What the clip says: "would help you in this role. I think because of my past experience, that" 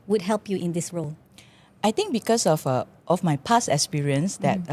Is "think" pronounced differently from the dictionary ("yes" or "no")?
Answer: yes